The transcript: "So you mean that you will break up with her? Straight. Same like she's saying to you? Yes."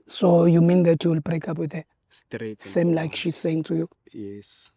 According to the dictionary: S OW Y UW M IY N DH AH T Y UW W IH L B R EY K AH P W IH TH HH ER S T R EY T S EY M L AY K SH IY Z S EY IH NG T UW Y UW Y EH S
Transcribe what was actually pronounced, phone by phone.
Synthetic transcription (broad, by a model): S OW Y UW M IY N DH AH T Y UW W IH L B R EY K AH P W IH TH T EY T S EY M L AY K SH IY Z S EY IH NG T UW Y UW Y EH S